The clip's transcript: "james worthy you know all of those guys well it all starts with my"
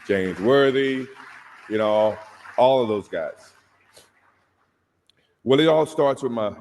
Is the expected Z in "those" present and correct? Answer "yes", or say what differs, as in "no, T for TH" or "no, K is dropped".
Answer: yes